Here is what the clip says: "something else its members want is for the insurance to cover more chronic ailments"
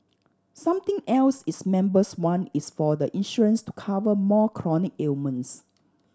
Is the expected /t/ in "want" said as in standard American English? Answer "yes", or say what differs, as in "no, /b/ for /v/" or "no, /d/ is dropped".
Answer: no, /t/ is dropped